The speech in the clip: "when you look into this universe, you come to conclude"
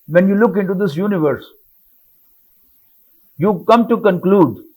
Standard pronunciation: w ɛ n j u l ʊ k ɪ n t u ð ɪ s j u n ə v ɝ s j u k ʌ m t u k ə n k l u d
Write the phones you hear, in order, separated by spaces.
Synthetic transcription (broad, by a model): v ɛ n j u l ʊ k ɪ n t u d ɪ s j u n ə v ɝ s j u k ʌ m t u k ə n k l u d